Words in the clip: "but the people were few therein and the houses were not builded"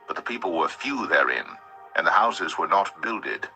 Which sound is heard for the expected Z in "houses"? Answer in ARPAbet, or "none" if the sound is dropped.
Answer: Z